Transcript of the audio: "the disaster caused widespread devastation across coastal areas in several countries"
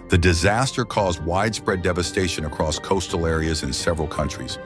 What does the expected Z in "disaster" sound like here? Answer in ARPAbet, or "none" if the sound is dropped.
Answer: Z